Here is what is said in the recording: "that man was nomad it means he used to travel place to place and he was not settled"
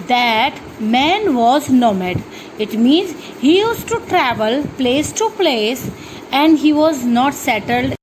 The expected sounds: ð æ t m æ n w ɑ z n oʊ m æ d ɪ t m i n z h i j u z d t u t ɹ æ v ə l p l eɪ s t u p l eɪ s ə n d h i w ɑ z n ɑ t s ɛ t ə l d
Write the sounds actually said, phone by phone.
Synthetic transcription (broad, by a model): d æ t m æ n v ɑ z n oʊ m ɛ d ɪ t m i n z h i j u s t t u t ɹ æ v ə l p l eɪ s t u p l eɪ s ə n d h i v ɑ z n ɑ t s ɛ t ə l d